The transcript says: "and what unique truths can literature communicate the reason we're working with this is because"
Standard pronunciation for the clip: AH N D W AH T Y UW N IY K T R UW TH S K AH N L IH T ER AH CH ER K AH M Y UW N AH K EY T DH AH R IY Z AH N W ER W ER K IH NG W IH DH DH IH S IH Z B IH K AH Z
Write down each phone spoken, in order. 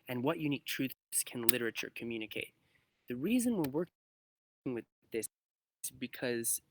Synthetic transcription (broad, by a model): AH N W AH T Y UW N IY K T R UW TH S K AH N L IH T ER AH CH ER K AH M Y UW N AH K EY T DH AH R IY Z AH N W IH W ER K IH NG W IH DH DH IH S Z B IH K AH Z